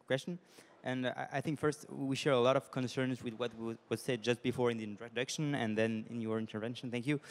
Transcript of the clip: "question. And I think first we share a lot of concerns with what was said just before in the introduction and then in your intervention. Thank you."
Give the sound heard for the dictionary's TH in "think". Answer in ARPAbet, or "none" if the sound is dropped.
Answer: TH